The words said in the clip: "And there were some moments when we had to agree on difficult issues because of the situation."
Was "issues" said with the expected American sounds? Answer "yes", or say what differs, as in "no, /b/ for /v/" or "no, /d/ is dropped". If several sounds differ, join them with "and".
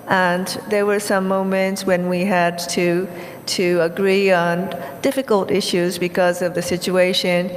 yes